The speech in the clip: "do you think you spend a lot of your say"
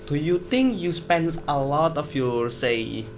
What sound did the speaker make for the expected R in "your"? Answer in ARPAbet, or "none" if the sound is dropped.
R